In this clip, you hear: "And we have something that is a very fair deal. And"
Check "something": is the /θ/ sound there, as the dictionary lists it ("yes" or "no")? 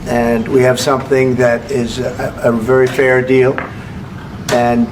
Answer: yes